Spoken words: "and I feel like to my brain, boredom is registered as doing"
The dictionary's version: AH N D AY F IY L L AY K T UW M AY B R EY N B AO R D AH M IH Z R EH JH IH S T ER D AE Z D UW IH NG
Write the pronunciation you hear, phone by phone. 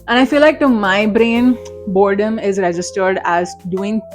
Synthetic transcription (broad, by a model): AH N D AY F IY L L AY K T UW M AY B R EY N B AO R D AH M IH Z R EH JH IH S T ER D AE Z D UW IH NG